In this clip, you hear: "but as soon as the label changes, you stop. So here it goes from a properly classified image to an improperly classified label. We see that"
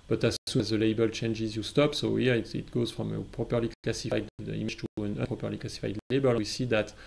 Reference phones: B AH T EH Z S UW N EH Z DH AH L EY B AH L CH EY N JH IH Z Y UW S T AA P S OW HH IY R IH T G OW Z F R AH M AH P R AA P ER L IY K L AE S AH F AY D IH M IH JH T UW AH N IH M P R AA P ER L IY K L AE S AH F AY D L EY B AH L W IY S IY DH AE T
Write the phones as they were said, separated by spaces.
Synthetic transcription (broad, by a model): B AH T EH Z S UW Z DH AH L EY B AH L CH EY N JH IH Z Y UW S T AA P S OW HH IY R IH T G OW Z F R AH M AH P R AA P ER L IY K L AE S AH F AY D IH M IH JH T UW AH N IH P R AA P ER L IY K L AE S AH F AY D L EY B AH L W IY S IY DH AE T